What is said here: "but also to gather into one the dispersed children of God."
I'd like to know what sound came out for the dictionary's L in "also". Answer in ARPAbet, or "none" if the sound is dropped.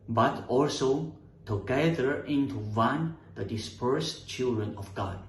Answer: L